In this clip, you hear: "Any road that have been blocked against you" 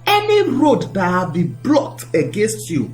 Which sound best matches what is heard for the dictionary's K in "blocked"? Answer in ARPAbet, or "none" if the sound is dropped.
none